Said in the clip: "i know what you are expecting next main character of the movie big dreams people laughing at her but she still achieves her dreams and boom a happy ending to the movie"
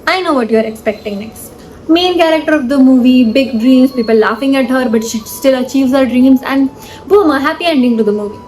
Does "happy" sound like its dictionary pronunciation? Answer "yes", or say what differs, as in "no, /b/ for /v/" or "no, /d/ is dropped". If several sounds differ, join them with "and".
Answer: yes